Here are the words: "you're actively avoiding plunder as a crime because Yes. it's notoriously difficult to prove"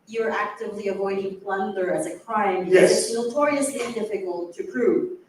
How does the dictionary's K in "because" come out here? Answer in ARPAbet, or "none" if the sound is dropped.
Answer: none